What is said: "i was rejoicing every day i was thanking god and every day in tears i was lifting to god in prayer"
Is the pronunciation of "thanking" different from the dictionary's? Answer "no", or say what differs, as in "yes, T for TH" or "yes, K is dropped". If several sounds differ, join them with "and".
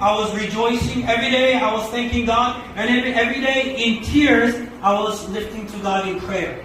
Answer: no